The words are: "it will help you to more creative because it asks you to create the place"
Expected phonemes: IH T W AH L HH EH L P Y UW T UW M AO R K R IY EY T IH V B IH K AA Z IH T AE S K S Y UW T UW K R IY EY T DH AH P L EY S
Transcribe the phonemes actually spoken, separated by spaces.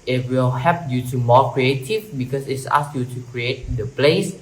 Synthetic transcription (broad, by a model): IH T W AH L HH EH P Y UW T UW M AO K R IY EY T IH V B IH K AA S IH T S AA S Y UW T UW K R IY EY T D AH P L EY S